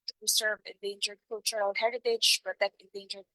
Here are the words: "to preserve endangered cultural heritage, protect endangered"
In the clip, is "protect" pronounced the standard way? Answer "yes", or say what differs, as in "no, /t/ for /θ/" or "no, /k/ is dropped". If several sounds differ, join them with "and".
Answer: no, /b/ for /p/ and /k/ is dropped